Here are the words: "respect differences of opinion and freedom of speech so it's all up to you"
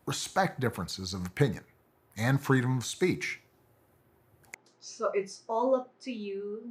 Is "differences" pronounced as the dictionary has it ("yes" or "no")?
yes